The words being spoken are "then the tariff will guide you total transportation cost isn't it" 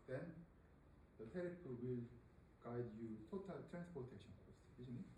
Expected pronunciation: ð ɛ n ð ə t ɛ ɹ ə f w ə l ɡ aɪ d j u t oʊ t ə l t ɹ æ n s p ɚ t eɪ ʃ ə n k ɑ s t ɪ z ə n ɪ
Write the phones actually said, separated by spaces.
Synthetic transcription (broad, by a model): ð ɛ n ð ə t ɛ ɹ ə p w ə l ɡ aɪ d j u t oʊ t ə l t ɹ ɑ n s p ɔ t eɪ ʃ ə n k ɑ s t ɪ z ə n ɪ